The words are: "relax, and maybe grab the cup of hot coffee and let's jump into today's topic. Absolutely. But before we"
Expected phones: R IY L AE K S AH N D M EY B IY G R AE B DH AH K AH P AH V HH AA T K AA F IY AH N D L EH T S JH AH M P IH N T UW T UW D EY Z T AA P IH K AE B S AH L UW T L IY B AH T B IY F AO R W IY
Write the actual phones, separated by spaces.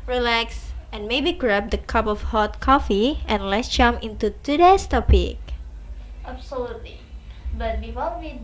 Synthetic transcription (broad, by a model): R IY L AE K S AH N M EY B IY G R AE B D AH K AH P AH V HH AA T K AA F IY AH N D L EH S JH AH M IH N T UW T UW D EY S T AA P IH K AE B S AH L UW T L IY B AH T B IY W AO L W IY